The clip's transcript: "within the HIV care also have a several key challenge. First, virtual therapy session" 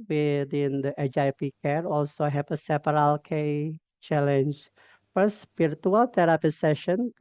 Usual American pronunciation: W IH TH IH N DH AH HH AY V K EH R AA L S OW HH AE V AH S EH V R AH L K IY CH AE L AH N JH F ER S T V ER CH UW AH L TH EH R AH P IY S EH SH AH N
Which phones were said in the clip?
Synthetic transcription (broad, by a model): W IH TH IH N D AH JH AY P K EH R AA L S OW HH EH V AH S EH P R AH L K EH CH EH L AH N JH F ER S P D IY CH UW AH L T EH R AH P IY S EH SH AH N